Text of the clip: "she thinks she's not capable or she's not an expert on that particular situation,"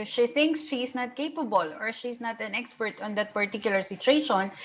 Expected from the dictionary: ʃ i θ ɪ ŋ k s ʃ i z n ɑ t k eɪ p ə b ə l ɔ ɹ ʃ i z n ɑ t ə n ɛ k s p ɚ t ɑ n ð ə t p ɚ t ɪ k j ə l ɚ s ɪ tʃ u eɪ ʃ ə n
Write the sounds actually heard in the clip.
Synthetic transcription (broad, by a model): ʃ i θ ɪ ŋ k s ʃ i s n ɑ t k eɪ p ə b ə l ɔ ɹ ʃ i s n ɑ t ə n ɛ k s p ɚ t ɑ n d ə t p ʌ t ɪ k j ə l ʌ s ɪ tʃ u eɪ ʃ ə n